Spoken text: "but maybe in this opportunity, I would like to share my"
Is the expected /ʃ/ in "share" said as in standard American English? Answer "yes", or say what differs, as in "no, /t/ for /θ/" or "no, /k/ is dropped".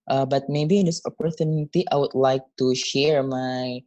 yes